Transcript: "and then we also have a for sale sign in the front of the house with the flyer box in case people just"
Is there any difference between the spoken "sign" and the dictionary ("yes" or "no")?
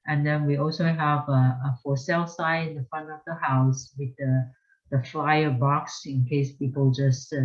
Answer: yes